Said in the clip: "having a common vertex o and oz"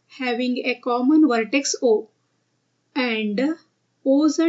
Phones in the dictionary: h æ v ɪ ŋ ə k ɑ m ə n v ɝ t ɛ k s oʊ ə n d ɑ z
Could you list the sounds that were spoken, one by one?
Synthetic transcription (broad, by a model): h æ v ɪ ŋ ə k ɑ m ə n v ɝ t ɛ k s oʊ ə n d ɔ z